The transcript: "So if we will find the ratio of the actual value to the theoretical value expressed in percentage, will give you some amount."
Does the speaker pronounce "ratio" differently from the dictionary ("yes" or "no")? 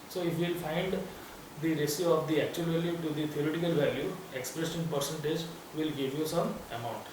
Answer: yes